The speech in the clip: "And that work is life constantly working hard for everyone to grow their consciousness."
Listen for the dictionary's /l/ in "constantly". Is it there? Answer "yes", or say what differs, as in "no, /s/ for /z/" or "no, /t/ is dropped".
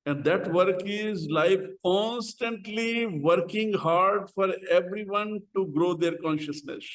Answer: yes